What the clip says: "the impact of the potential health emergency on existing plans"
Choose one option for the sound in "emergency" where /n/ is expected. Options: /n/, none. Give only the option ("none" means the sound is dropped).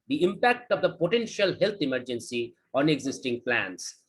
/n/